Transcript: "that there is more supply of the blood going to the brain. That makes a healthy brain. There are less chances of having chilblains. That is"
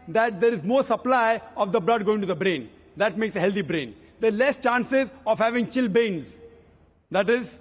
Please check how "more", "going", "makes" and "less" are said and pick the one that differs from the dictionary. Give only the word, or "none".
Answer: none